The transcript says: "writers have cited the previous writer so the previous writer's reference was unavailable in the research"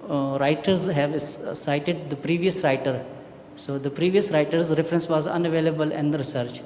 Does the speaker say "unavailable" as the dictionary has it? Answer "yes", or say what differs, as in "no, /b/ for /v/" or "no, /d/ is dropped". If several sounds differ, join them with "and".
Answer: yes